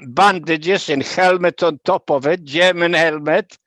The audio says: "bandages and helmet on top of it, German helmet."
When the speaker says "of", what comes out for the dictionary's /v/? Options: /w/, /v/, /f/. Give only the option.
/v/